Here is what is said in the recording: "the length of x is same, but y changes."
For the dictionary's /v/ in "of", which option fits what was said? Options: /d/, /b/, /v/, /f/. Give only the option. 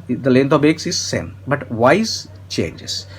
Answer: /b/